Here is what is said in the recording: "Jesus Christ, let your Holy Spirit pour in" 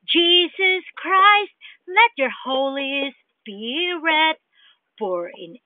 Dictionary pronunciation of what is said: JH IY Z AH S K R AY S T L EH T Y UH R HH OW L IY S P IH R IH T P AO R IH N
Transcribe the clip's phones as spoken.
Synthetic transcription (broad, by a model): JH IY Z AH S K R AY S T L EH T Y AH R HH OW L IY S B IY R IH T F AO R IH N